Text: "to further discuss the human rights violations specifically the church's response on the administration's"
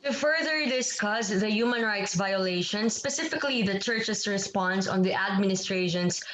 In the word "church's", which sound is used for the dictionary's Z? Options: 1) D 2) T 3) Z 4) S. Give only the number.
4